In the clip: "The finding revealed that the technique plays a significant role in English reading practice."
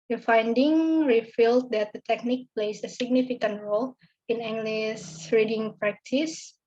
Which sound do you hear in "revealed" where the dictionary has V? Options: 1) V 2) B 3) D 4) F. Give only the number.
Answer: 4